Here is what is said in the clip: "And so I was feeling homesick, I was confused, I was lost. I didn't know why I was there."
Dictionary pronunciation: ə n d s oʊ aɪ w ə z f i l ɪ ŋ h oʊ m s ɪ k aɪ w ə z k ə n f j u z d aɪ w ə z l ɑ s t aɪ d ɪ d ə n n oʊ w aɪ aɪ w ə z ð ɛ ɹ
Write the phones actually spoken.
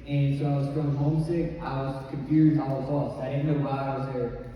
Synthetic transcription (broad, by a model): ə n s oʊ aɪ w ə z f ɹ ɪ h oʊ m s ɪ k aɪ w ə z k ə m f j u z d aɪ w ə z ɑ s aɪ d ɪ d n n oʊ w aɪ aɪ w ə z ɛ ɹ